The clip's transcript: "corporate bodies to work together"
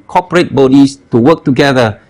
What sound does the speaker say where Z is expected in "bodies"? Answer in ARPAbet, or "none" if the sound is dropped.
S